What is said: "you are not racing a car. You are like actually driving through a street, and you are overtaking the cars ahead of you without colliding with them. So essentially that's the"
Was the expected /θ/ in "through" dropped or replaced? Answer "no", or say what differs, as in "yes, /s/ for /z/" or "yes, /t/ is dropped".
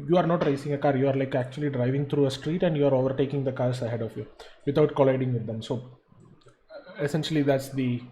yes, /t/ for /θ/